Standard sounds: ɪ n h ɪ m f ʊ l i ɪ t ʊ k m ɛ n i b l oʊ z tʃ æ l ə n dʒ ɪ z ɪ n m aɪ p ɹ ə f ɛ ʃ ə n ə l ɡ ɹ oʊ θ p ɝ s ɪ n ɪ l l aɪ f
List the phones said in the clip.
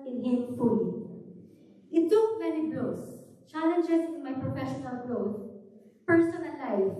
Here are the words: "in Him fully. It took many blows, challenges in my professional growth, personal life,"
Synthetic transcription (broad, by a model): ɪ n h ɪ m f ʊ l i ɪ t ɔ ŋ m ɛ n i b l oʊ s tʃ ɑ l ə n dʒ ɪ s ɪ n m aɪ p ɹ ə f ɛ ʃ ə n ə l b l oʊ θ p ɝ s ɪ n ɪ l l aɪ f